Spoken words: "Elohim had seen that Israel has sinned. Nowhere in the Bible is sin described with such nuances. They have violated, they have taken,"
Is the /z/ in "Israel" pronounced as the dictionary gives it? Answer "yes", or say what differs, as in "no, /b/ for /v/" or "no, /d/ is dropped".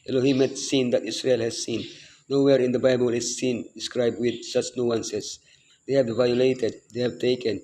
no, /s/ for /z/